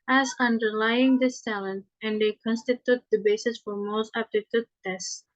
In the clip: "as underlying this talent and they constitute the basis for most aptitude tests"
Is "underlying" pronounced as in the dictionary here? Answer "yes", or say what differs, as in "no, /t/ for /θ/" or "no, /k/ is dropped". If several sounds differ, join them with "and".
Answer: yes